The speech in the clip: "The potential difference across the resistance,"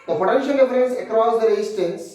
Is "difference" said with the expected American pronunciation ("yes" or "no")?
no